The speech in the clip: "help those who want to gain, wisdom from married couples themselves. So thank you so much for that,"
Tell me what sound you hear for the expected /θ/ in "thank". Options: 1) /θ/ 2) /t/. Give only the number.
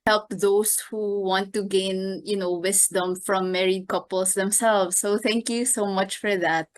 2